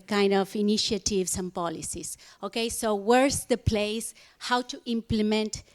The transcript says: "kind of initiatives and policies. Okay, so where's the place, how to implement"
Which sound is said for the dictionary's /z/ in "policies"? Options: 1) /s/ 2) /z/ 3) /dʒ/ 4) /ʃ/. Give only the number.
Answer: 1